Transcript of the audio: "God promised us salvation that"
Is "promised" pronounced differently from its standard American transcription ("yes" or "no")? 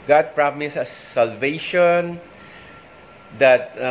yes